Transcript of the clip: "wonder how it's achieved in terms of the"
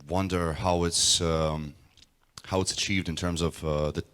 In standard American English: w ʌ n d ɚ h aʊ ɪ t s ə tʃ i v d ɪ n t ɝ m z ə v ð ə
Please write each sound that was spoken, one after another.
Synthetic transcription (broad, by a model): w ʌ n d ɚ h aʊ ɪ t s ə tʃ i v d ɪ n t ɝ m z ə v ð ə